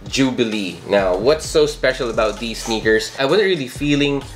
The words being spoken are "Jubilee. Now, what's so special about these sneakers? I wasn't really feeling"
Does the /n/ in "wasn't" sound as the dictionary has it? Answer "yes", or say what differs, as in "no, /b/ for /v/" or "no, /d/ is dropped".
no, /n/ is dropped